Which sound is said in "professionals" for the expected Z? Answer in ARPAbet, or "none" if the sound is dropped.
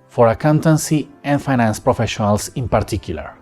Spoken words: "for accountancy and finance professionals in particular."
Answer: S